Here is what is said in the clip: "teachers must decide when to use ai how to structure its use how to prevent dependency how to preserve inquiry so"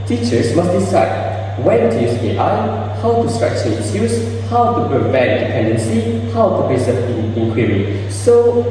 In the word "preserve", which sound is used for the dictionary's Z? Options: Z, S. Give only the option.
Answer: S